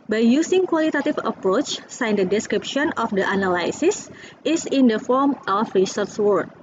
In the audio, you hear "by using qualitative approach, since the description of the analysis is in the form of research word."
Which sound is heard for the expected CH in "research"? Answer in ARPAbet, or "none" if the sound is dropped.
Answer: S